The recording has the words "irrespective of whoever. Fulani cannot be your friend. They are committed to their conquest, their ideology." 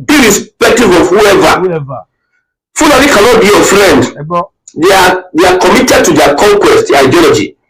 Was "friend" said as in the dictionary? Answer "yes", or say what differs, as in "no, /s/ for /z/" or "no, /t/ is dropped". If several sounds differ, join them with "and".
no, /l/ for /ɹ/